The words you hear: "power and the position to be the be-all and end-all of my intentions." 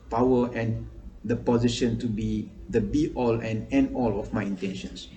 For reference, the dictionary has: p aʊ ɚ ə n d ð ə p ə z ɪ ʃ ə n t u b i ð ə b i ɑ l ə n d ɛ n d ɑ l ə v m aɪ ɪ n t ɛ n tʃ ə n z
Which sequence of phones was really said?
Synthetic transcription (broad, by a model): p aʊ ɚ ə n d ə p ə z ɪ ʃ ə n t u b i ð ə b i ɑ l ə n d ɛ n ɑ l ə f m aɪ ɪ n t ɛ n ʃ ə n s